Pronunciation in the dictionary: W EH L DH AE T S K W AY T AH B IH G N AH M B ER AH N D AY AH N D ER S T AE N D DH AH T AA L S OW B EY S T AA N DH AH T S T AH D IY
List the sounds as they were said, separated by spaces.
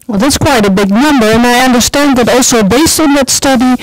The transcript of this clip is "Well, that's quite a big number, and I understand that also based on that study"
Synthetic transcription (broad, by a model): W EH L DH AE T S K W AY T AH B IH G N AH M B ER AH N AY AH N D ER S T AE N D DH AH T AA L S OW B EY S AA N DH AH T S T AH D IY